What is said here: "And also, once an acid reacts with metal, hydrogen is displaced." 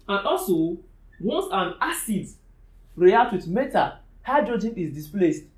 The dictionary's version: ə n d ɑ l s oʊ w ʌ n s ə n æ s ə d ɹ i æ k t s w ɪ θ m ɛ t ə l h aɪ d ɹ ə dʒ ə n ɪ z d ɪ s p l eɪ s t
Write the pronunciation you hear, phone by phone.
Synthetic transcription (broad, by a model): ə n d ɑ l s oʊ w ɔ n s ə n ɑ s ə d ɹ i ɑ t w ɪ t m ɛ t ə h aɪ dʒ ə dʒ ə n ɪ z d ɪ s p l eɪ s t